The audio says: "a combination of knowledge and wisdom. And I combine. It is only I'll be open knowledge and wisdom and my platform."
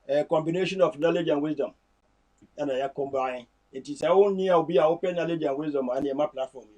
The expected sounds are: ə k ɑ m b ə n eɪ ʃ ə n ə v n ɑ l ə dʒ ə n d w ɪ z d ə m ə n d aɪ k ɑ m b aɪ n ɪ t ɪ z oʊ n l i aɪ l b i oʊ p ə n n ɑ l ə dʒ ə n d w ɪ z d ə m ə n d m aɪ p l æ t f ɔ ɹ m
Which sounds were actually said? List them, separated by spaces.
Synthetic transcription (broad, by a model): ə k ɑ m b ə n eɪ ʃ ə n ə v n ɑ l ə dʒ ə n w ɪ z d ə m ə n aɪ k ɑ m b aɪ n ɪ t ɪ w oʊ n n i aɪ w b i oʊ p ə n n ɑ l ə dʒ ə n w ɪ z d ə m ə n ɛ m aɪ p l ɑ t f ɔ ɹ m